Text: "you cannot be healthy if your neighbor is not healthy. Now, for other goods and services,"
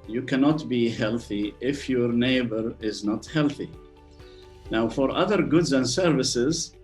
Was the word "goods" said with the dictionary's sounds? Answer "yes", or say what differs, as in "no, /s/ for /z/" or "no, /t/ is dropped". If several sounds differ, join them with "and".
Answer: yes